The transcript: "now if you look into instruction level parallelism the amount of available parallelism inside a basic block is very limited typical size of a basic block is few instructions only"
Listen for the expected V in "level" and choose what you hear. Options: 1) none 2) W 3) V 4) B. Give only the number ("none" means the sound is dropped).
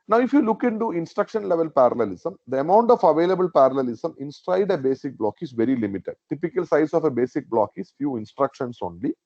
3